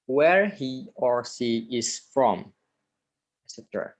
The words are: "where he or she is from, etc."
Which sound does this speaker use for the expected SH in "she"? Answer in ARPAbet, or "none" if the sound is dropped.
S